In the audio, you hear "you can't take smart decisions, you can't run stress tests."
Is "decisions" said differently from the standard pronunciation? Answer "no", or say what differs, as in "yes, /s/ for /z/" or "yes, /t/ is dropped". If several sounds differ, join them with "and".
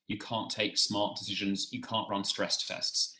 no